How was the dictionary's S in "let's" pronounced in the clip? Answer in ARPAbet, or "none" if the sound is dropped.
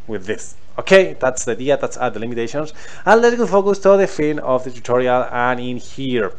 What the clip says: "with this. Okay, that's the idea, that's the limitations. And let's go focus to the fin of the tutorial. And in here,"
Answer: none